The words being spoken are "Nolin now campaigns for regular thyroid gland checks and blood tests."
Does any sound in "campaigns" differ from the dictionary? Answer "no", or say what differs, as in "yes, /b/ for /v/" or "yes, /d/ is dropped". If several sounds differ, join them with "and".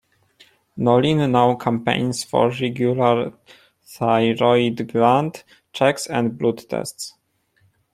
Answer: yes, /s/ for /z/